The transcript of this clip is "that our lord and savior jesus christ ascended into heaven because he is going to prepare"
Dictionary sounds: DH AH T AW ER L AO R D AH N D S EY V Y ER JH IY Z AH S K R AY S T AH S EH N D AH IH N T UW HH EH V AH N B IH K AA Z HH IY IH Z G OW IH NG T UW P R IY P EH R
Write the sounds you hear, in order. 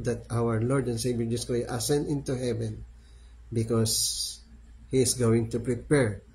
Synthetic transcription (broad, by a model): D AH T AW ER L AO R D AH N S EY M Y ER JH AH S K AO T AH S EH N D IH N T UW HH EH V AH N B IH K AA S HH IY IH S G OW IH NG T UW P R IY P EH R